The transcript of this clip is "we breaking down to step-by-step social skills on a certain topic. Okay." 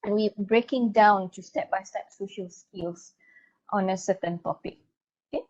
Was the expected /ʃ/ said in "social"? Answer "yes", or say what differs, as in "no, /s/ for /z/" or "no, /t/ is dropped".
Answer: yes